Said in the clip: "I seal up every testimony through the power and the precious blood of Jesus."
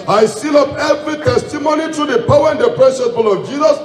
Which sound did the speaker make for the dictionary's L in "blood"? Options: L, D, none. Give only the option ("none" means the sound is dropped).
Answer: none